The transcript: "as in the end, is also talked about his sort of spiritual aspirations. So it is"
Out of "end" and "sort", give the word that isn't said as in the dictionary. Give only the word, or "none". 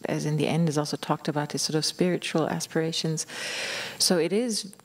none